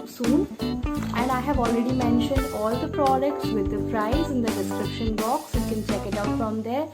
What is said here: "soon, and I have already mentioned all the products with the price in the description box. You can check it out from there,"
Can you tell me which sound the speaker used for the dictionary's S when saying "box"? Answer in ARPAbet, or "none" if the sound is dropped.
S